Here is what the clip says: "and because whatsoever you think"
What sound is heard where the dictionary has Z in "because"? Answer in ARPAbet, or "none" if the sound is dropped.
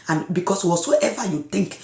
S